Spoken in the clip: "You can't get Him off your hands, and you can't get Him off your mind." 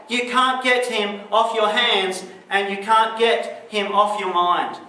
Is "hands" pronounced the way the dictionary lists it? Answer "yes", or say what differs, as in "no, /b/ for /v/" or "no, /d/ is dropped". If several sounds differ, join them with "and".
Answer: yes